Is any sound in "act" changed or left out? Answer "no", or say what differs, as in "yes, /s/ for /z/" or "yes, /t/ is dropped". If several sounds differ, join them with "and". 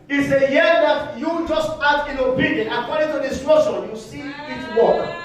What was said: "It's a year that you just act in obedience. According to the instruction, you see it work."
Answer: yes, /k/ is dropped